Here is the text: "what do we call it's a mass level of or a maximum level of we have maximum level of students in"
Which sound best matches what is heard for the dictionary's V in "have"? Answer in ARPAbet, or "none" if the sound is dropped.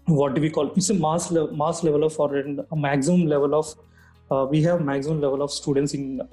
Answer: V